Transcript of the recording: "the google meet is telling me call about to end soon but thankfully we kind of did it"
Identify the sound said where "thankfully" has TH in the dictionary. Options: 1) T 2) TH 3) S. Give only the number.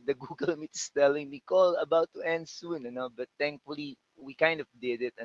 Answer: 1